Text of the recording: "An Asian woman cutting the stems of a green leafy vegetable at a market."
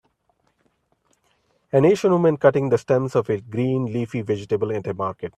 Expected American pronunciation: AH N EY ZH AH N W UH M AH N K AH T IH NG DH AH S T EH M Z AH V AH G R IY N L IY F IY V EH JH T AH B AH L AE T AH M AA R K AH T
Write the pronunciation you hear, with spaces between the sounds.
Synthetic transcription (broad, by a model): AH N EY SH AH N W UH M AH N K AH T IH NG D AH S T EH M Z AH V AH G R IY N L IY F IY V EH JH T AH B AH L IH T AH M AA R K AH T